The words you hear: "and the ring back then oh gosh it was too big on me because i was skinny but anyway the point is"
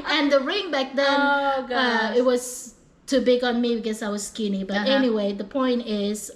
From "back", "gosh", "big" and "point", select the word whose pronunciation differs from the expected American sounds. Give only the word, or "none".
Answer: gosh